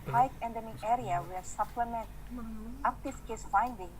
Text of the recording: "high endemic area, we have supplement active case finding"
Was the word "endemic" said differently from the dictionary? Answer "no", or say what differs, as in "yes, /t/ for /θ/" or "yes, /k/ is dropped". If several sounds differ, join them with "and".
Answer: yes, /k/ is dropped